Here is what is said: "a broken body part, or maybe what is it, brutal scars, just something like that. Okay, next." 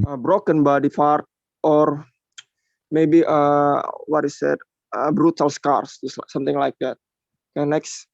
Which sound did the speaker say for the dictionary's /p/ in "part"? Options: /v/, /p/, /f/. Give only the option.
/f/